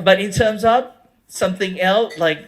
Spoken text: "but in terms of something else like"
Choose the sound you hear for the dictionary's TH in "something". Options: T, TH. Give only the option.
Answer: TH